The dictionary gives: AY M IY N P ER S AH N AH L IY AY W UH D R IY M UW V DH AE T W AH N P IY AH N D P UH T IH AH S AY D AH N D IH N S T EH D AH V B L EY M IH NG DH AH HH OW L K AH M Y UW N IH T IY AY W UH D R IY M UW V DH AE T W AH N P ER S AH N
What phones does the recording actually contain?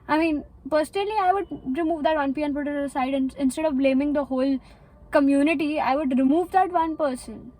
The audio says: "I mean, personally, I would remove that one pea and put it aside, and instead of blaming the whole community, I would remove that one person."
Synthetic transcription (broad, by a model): AY M IY N P ER S AH N AH L IY AY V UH D R IY M UW V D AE T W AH N P IY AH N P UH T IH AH S AY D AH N IH N S T EH D AH V B L EY M IH NG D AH HH OW L K AH M Y UW N IH T IY AY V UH D R IY M UW V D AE T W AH N P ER S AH N